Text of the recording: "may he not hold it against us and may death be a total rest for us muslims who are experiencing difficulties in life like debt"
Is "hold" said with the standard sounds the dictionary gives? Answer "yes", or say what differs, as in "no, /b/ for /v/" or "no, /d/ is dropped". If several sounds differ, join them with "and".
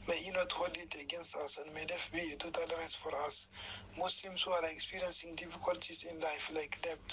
no, /d/ is dropped